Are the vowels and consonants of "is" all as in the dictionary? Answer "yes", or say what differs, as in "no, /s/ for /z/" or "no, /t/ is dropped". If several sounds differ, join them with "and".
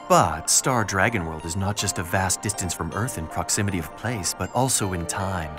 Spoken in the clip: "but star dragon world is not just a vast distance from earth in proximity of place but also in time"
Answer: yes